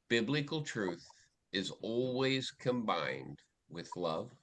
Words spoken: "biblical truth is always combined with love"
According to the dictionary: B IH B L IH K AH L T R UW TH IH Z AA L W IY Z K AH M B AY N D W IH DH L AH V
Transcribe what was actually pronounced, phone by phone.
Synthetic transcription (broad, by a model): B IH B L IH K L T R UW TH IH Z AA L W IY Z K AH M B AY N D W IH DH L AH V